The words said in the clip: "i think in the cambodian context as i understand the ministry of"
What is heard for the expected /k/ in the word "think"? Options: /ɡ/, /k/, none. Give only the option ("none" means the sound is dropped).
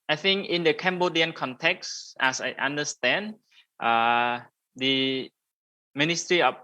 /k/